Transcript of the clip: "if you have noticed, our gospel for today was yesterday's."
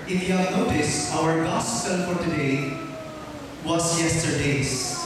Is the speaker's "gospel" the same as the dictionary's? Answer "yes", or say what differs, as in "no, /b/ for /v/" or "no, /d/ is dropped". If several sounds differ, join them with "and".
no, /n/ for /l/